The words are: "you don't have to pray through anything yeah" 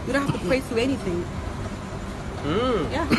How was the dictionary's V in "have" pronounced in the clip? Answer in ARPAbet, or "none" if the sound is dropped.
F